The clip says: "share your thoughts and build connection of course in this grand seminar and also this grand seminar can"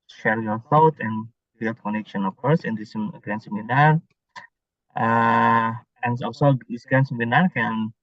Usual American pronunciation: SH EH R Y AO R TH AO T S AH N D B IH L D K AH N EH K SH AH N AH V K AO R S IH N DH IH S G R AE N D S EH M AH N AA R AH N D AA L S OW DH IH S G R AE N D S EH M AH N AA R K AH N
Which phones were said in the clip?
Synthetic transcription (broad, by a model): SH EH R Y AO R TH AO T AH N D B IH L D K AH N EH K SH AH N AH F K AO R S IH N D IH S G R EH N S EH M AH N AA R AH N AA L S OW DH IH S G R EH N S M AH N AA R K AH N